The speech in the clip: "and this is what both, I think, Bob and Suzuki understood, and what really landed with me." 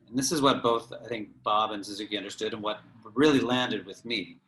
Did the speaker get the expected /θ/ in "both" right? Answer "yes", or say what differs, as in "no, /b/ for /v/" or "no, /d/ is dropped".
yes